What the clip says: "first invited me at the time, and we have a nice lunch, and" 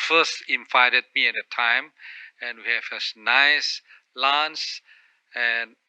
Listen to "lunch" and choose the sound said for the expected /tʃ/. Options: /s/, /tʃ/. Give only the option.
/s/